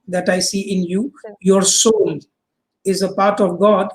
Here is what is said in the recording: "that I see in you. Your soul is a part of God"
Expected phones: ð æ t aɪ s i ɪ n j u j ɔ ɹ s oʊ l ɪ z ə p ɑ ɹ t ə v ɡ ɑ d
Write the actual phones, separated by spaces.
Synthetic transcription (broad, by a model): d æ t aɪ s i ɪ n j u j ɔ ɹ s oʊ n ɪ z ə p ɑ ɹ t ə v ɡ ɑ d